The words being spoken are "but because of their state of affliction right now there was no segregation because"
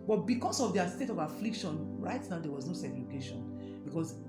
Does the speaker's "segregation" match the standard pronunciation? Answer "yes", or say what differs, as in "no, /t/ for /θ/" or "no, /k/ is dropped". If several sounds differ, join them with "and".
no, /l/ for /ɹ/